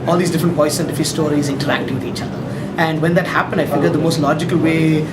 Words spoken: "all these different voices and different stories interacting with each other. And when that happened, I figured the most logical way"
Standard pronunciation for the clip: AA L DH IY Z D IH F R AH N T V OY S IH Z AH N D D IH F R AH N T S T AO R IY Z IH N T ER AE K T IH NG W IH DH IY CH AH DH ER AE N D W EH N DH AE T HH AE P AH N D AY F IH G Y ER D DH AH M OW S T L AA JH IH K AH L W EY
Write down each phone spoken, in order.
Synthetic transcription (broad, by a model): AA L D IY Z D IH F R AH N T P OY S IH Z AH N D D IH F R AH S T AO R IY Z IH N T ER AE K T IH NG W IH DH IY CH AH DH ER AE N D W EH N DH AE T HH AE P AH N D AY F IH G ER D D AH M OW S T L AA JH IH K AH L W EY